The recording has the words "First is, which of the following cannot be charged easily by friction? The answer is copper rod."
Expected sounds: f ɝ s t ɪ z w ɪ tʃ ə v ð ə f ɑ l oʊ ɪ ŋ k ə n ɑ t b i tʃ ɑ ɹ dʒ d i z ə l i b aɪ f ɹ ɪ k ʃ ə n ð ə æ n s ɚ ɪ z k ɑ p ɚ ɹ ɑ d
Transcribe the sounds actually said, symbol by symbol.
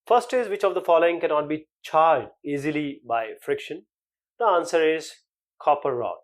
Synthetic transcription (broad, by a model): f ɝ s t ɪ z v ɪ tʃ ə v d ə f ɑ l oʊ ɪ ŋ k ə n ɑ t b i tʃ ɑ ɹ dʒ d i z ə l i b aɪ f ɹ ɪ k ʃ ə n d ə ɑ n s ɚ ɪ z k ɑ p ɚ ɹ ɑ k